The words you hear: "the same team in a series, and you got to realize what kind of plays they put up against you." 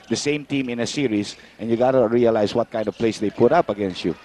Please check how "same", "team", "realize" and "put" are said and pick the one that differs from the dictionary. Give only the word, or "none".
realize